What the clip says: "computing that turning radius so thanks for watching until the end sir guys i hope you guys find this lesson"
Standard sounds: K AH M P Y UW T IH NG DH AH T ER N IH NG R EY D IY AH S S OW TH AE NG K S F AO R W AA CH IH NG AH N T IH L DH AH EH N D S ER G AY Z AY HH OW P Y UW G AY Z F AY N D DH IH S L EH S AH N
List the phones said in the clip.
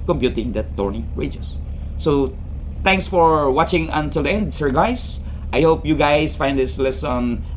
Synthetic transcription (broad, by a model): K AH M P Y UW T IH NG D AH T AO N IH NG R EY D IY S S OW T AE NG K S F AO R W AA CH IH NG AH N T IH L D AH EH N D S ER G AY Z AY HH OW P Y UW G AY S F AY N D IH S L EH S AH N